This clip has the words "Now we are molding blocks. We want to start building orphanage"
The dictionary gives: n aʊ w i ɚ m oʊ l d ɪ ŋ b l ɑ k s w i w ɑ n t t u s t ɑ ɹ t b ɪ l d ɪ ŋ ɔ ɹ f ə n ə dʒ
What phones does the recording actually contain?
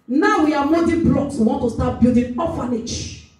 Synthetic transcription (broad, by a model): n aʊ w i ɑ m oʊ d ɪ b l ɑ k s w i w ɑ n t t u s t ɑ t b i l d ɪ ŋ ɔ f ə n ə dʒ